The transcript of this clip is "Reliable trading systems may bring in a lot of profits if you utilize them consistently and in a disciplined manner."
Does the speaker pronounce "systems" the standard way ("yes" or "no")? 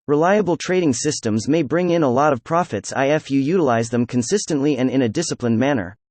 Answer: yes